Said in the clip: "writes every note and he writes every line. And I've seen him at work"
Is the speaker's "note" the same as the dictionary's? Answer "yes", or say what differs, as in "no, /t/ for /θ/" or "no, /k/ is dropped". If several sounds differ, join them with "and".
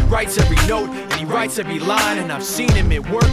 yes